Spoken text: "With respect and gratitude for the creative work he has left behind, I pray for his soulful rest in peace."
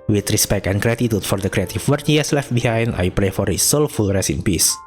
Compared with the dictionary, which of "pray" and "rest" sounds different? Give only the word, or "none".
rest